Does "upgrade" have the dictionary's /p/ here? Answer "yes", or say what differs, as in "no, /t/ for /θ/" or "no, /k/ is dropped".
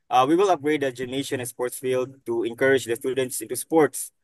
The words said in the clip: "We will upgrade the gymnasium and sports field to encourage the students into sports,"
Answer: no, /p/ is dropped